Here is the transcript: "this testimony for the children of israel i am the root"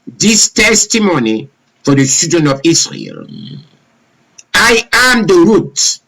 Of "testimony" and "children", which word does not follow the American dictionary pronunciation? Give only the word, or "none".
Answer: children